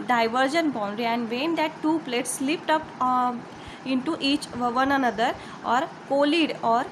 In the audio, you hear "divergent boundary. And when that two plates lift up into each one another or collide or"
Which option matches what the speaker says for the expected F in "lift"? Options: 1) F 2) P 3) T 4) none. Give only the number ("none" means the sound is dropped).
2